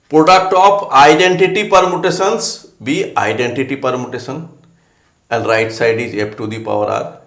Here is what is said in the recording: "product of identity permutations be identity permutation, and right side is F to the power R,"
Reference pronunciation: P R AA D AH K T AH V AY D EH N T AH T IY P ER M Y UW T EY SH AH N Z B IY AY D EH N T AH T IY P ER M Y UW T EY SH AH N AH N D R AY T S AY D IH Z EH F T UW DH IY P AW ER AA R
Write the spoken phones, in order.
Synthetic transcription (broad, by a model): P R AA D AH K T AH P AY D EH N T AH T IY P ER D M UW T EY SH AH N S B IY AY D EH N T AH T IY P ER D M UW T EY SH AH N AH N D R AY T S AY D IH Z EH P T UW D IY P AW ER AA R